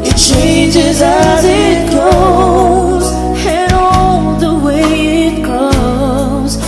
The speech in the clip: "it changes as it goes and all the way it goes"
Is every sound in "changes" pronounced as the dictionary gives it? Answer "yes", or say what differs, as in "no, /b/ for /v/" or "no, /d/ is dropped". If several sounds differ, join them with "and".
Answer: yes